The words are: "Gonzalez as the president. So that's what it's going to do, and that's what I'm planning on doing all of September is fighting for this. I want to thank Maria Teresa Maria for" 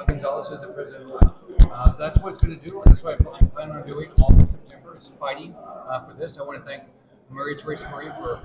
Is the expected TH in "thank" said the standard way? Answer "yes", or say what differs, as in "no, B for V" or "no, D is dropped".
yes